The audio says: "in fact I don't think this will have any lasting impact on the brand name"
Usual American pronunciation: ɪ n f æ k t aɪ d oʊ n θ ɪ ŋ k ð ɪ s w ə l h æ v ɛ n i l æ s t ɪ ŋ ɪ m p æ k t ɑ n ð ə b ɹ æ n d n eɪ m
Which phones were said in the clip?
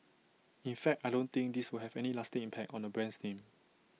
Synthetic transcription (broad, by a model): ɪ n f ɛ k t aɪ d oʊ n t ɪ ŋ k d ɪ s w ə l h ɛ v ɛ n i l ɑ s t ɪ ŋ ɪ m p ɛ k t ɑ n ə b ɹ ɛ n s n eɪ m